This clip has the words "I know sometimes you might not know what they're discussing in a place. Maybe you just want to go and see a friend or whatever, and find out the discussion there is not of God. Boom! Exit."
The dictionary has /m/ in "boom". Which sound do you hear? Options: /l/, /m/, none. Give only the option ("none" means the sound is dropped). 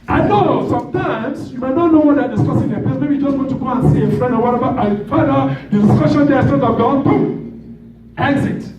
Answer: none